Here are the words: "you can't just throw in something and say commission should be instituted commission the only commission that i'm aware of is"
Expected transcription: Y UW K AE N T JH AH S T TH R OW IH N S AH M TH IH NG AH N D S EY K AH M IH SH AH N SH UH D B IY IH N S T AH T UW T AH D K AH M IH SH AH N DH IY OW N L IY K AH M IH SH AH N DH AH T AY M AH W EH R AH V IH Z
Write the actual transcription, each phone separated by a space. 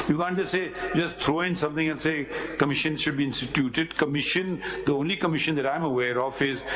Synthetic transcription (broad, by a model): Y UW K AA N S JH AH S T T R OW IH N S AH M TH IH NG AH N S EY K AH M IH SH AH N SH UH D B IY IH N S T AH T UW T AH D K AH M IH SH AH N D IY OW N L IY K AH M IH SH AH N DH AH T AY M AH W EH R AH F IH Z